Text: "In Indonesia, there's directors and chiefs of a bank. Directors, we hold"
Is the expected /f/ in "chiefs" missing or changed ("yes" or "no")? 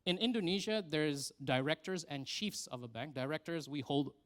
no